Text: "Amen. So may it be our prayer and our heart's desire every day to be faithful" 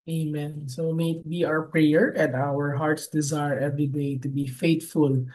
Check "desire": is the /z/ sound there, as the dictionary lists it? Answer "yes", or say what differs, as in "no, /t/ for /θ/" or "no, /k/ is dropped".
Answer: yes